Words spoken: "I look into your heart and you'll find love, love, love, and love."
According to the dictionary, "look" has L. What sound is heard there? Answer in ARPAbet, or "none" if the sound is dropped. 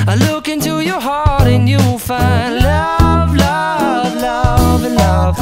L